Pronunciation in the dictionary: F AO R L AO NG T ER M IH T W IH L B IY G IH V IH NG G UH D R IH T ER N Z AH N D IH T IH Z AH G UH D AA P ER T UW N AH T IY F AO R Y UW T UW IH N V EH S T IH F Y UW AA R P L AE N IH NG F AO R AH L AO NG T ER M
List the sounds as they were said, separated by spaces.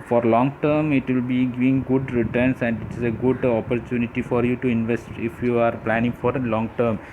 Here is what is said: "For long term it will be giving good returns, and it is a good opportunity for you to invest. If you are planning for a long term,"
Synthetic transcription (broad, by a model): F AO R L AO NG T ER M IH T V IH L B IY G IH V IH NG G UH D R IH T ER N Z AH N D IH T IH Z AH G UH D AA P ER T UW N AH T IY F AO R Y UW T UW IH N V EH S T IH F Y UW AA R P L AE N IH NG F AO R L AO NG T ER M